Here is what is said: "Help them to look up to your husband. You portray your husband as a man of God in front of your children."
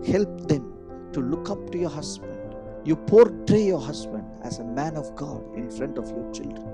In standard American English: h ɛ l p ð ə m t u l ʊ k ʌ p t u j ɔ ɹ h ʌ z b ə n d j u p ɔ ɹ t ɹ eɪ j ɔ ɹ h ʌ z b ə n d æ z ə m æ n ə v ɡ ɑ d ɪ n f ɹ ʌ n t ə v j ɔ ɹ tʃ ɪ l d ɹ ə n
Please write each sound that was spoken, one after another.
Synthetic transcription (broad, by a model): h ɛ l p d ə m t u l ʊ k ʌ p t u j ɔ ɹ h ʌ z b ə n d j u p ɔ ɹ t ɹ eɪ j ɔ ɹ h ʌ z b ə n d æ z ə m æ n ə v ɡ ɑ d ɪ n f ɹ ʌ n t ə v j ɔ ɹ tʃ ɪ l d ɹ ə n